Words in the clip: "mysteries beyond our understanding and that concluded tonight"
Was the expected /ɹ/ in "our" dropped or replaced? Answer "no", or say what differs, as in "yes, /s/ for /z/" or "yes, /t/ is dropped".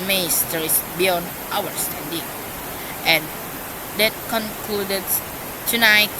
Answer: yes, /w/ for /ɹ/